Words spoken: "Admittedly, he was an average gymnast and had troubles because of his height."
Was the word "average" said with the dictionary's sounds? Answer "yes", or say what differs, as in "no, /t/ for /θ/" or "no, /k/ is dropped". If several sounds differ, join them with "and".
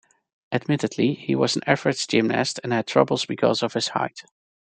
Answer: no, /f/ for /v/